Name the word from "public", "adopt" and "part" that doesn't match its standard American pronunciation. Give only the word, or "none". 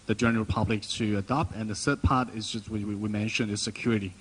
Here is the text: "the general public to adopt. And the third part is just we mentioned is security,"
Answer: none